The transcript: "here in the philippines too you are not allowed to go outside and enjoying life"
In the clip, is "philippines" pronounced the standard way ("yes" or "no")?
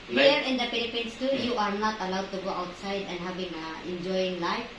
no